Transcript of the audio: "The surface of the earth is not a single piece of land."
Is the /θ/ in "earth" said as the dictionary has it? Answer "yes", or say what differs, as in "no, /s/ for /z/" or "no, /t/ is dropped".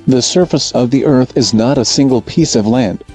yes